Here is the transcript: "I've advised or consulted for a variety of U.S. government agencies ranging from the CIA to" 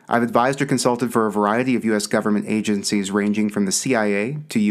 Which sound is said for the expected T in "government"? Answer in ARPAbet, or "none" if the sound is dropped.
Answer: T